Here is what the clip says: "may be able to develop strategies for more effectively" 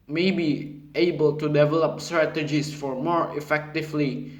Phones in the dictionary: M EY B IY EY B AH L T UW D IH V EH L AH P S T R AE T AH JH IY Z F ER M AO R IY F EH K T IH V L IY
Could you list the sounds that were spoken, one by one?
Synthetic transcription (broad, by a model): M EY B IY EY B AH L T UW D IH V EH L AH P S T R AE T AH JH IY S F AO M AO R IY F EH K T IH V L IY